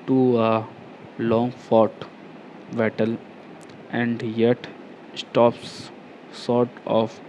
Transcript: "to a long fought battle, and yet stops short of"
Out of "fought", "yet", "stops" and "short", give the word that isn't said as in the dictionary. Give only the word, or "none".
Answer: short